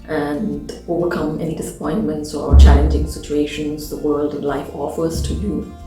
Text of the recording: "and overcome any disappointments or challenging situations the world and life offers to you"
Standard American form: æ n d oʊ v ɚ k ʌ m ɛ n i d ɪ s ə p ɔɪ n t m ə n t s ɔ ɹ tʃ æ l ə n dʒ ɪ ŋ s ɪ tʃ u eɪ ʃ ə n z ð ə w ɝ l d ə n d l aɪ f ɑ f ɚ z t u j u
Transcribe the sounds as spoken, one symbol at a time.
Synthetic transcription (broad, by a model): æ n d oʊ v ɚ k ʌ m ɛ n i d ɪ s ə p ɔɪ n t m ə n t s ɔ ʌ tʃ æ l ə n dʒ ɪ ŋ s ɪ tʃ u eɪ ʃ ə n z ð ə w ɝ l d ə n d l aɪ f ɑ f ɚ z t u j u